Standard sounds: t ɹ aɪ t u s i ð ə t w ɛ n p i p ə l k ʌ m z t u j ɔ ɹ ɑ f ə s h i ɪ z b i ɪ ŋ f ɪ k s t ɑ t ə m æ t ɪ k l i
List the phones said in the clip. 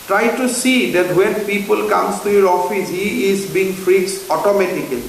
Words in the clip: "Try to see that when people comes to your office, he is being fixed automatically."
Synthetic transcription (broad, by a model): t ɹ aɪ t u s i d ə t w ɛ n p i p ə l k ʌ m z t u j ɔ ɹ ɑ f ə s h i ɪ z b i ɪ ŋ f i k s ɑ t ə m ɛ t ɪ k l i